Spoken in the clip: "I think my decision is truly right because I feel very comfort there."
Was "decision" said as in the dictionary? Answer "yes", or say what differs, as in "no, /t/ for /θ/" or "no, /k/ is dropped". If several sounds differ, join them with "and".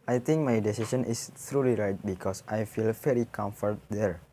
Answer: no, /s/ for /ʒ/